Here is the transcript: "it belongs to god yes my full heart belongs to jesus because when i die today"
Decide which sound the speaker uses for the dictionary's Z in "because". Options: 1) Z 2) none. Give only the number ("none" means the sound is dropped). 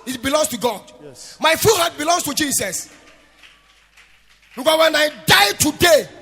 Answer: 2